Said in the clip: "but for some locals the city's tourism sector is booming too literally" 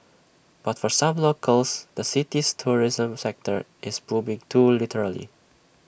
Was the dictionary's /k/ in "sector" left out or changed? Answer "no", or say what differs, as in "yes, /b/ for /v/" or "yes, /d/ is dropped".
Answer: no